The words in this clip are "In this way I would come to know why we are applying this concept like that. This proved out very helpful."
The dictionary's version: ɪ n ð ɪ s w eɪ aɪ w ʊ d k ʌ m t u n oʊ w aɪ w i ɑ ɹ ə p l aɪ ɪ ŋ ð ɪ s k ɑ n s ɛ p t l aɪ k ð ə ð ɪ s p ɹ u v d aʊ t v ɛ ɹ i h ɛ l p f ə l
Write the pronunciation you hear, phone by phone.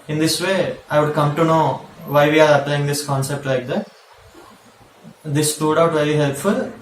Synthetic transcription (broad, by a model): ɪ n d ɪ s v eɪ aɪ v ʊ d k ʌ m t u n oʊ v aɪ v i ɑ ɹ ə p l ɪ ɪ ŋ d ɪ s k ɑ n s ɛ p t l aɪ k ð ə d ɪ s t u d aʊ t v ɛ ɹ i h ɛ l p f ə l